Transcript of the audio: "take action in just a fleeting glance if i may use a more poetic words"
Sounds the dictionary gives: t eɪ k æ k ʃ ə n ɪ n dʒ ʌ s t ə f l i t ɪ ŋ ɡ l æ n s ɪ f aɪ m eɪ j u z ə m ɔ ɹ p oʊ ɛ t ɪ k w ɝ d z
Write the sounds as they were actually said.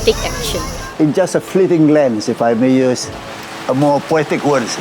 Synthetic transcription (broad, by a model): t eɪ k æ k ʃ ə ɪ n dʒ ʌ s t ə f l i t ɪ ŋ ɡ l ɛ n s ɪ f aɪ m eɪ j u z ə m ɔ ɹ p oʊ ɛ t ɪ k w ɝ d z